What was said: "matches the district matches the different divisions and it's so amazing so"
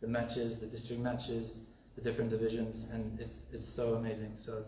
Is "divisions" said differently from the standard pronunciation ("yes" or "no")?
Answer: no